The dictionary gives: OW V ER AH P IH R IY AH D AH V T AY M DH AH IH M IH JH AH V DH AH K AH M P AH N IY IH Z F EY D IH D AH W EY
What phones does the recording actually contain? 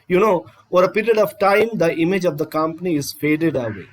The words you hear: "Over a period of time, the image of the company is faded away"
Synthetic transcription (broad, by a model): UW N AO AH P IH R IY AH D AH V T AY M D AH IH M IH JH AH V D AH K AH M P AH N IY IH Z F EY D IH D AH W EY